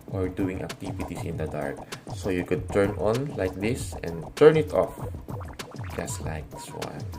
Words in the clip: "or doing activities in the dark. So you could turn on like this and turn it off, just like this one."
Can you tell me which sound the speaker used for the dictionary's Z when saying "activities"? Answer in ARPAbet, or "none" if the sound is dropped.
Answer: S